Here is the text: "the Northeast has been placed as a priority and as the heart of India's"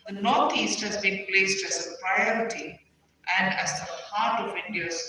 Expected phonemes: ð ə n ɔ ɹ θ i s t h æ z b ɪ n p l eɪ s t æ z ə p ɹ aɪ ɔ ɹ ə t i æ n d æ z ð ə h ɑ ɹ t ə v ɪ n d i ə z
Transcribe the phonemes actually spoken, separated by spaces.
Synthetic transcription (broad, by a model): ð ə n ɔ ɹ t i s t h æ z b ɪ n p l eɪ s t æ z ə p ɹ aɪ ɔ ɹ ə t i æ n d æ z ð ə h ɑ ɹ t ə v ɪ n d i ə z